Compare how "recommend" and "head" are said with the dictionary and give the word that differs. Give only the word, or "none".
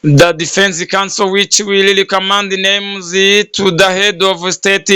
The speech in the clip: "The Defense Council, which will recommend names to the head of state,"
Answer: recommend